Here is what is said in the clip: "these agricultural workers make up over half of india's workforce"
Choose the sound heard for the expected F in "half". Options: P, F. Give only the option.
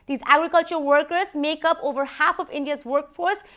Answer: F